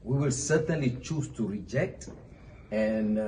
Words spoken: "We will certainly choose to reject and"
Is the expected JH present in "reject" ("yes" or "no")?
yes